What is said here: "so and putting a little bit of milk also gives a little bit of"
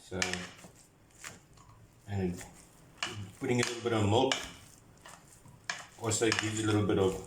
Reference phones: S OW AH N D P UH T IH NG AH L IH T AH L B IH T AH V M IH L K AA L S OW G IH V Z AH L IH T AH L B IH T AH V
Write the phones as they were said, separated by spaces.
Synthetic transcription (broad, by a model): S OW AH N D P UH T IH NG AH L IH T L B IH T AH V M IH L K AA S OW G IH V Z AH L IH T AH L B IH T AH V